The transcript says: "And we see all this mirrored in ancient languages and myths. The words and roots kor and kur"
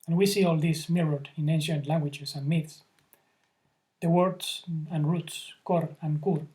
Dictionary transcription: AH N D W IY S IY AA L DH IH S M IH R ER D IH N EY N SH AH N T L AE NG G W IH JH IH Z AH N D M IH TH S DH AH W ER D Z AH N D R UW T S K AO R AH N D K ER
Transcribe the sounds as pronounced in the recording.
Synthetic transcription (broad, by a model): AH N W IY S IY AA L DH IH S M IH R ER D IH N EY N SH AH N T L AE NG G W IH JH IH S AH N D M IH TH S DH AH W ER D S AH N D R UW T S K AO R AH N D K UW